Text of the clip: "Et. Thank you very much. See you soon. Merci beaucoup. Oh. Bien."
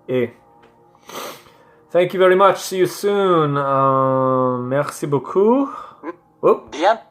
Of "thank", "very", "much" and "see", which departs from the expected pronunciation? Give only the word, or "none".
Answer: none